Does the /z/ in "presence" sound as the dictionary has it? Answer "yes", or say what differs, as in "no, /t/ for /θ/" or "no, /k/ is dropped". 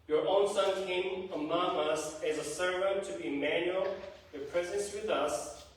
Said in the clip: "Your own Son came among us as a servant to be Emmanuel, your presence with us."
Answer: yes